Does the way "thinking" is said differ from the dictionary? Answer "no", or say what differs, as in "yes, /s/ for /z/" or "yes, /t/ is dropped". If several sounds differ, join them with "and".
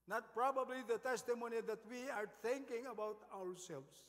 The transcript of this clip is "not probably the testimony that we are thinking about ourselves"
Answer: yes, /t/ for /θ/